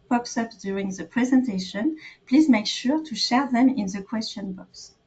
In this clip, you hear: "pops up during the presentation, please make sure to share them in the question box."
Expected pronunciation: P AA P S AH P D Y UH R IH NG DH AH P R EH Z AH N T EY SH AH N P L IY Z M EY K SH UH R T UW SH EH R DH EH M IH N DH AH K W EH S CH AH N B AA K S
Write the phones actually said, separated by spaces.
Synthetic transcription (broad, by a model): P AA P S AH P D Y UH R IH NG DH AH P R EH Z AH N T EY SH AH N P L IY Z M EY K SH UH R T UW SH EH R DH EH M IH N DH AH K W EH S CH AH N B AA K S